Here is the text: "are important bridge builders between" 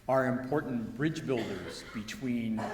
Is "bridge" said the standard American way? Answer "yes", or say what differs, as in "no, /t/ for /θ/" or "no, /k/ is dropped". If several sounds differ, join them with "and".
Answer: yes